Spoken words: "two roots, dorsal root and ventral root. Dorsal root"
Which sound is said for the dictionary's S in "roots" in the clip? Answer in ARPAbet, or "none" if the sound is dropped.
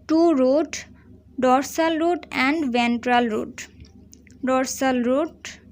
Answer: none